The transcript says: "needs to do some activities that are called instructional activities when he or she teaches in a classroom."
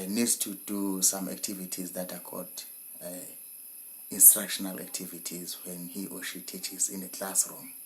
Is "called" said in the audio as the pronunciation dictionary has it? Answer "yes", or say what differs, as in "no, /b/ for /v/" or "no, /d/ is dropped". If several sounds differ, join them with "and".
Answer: no, /l/ is dropped